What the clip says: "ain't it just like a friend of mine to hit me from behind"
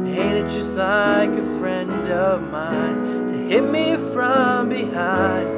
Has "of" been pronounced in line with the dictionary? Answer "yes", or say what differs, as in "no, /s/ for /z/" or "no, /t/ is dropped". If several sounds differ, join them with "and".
yes